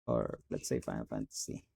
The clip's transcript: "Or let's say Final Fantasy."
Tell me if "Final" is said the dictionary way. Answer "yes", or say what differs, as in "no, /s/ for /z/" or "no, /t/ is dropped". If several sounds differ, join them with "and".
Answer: no, /n/ is dropped